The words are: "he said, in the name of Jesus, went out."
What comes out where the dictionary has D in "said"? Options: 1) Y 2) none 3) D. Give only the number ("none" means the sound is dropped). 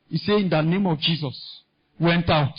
2